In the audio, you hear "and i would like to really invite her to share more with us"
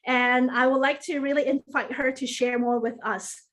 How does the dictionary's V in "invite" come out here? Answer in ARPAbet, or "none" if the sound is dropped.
F